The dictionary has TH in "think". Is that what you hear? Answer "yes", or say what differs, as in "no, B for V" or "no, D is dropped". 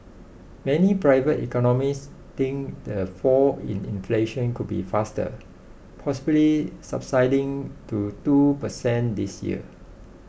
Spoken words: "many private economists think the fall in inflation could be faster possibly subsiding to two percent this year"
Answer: no, T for TH